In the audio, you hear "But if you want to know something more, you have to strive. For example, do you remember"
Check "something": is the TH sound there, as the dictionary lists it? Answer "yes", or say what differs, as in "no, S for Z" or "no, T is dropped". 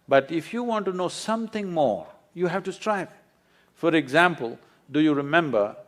no, T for TH